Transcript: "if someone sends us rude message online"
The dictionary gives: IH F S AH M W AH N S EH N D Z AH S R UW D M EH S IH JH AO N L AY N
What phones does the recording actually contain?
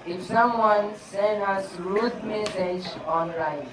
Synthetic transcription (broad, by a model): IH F S AH M W AH N S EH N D AH S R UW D M EH S IH JH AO N L AY N